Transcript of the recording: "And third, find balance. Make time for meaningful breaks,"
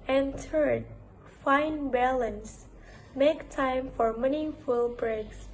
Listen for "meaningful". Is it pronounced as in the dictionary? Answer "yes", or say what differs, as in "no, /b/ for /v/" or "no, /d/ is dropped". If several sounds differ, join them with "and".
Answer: no, /ŋ/ is dropped